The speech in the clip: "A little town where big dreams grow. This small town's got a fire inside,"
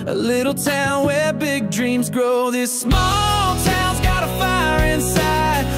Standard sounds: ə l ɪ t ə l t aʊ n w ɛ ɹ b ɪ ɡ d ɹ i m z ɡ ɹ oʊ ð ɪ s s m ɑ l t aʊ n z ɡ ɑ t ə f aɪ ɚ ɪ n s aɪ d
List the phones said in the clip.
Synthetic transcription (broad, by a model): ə l ɪ t l t aʊ n w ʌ ɹ b ɪ ɡ d ɹ i m z ɡ ɹ oʊ ð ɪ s s m ɑ l t aʊ n z ɡ ɑ t ə f aɪ ɚ ɪ n s aɪ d